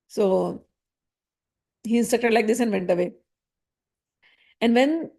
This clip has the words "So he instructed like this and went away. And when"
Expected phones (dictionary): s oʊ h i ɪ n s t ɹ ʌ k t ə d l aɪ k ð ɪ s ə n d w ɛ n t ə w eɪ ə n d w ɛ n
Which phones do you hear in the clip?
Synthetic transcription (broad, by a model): s oʊ h i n s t ʌ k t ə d l aɪ k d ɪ s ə n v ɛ n t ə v eɪ ə n d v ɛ n